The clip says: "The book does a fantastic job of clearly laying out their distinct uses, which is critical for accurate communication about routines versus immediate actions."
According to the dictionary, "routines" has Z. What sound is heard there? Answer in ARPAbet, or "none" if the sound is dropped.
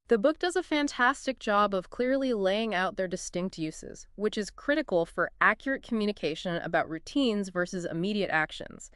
Z